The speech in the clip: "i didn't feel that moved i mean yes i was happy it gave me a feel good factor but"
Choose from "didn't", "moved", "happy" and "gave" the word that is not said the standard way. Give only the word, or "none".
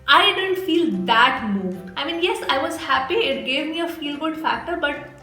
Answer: moved